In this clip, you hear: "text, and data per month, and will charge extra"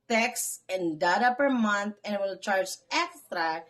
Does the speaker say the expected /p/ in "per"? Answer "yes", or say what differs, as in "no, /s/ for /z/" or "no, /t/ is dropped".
yes